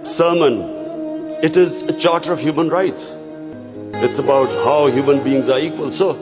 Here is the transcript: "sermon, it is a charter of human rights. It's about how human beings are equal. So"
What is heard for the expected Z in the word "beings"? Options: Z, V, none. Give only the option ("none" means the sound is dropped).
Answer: Z